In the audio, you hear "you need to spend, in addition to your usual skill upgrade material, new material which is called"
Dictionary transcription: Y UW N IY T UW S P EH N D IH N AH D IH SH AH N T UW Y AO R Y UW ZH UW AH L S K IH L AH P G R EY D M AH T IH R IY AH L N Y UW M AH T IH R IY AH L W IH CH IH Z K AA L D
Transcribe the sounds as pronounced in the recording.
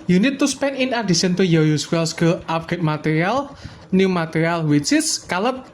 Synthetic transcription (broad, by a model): Y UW N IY T UW S P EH N IH N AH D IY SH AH N T UW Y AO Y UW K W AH L S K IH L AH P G EY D M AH T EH R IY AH L N Y UW M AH T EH R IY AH L W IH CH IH S K AA L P